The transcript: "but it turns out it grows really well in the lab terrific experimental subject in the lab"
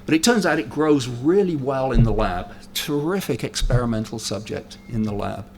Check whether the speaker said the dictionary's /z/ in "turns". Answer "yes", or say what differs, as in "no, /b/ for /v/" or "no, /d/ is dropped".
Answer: yes